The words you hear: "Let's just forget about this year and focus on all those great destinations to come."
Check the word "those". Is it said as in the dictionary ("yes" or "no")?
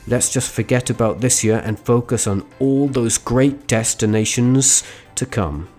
yes